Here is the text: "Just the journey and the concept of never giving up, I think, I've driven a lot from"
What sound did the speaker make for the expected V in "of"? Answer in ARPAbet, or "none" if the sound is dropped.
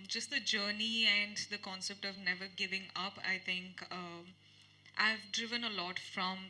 V